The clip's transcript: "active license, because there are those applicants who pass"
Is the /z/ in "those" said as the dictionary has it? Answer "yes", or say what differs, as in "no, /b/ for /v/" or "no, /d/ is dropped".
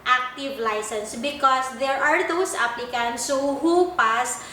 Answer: no, /s/ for /z/